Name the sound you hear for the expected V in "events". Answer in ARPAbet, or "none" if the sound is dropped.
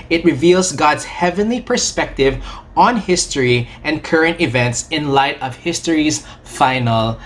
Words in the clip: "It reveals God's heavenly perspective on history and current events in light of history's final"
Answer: V